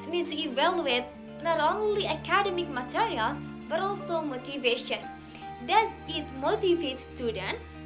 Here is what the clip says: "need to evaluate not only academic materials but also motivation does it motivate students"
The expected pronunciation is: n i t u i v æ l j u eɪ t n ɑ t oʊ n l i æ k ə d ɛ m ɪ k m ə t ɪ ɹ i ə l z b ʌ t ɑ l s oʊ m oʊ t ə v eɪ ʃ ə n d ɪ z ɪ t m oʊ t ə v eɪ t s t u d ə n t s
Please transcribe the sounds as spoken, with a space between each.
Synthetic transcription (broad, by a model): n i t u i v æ l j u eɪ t n ɑ t oʊ n l i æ k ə d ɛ m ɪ k m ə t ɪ ɹ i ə l b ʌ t ɑ l s oʊ m oʊ t ə v eɪ ʃ ə n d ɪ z ɪ t m oʊ t ə v eɪ t s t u d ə n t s